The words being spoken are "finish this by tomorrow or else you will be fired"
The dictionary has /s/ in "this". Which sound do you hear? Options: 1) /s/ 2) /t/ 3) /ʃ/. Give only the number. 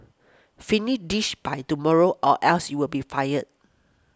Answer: 3